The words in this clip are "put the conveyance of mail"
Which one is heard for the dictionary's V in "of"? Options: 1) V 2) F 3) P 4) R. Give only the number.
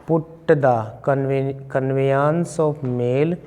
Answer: 3